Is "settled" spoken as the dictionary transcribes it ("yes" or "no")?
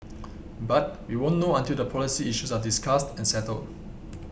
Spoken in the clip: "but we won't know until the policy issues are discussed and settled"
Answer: yes